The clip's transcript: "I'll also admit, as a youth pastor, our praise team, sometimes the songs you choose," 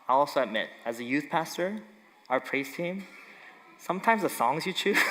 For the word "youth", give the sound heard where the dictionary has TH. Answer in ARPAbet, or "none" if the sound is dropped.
TH